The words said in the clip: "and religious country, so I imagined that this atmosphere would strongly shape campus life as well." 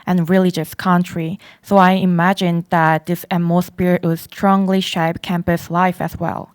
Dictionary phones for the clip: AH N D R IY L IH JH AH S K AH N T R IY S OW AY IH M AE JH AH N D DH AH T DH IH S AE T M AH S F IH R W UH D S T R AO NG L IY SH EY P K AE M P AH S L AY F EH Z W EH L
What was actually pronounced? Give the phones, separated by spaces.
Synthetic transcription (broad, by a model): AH N R IY L IH JH AH S K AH N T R IY S OW AY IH M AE JH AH N DH AH T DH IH S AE M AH S P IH R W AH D S T R AO NG L IY SH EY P K AE M P AH S L AY F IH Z W EH L